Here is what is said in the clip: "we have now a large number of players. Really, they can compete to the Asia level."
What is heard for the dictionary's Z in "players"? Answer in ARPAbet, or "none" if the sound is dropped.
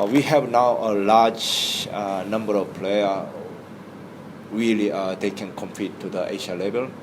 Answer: none